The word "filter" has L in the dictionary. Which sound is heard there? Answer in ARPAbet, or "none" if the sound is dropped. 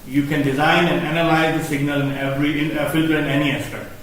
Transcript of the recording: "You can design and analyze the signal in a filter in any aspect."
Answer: L